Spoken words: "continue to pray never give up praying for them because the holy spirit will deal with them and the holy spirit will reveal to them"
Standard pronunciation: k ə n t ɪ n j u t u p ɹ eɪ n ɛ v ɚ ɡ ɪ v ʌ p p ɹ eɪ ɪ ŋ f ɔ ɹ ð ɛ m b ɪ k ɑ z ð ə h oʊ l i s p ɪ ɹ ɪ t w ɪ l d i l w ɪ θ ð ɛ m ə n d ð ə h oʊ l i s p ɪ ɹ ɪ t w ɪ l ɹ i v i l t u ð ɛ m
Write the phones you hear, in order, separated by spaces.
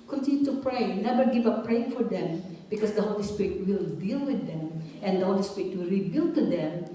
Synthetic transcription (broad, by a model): k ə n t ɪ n j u t u p ɹ eɪ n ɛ b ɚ ɡ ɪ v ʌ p p ɹ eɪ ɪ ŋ f ɔ ɹ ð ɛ m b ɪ k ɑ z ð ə h oʊ l i s p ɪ ɹ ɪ t w ɪ l d i l w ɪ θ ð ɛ m ə n d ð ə h oʊ l i s p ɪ ɹ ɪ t w ɪ l ɹ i b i l t u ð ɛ m